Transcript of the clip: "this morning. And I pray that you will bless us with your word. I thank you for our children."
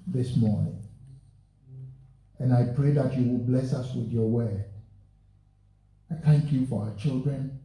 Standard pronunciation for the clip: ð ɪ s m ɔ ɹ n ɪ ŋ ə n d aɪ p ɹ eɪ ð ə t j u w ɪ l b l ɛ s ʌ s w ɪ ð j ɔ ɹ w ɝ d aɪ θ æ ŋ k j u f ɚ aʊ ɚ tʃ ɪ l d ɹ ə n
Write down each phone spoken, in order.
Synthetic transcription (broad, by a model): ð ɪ s m ɔ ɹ n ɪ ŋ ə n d aɪ p ɹ eɪ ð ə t j u w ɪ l b l ɛ s ʌ s w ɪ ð j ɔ w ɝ aɪ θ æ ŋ k j u f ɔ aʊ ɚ tʃ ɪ l d ɹ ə n